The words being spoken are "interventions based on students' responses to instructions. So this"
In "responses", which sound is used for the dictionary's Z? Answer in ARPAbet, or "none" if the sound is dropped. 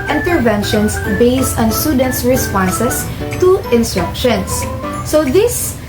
S